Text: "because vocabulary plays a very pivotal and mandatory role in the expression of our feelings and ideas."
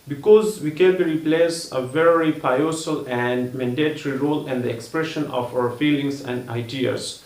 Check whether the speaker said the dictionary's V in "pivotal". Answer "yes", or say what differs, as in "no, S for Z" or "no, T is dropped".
no, V is dropped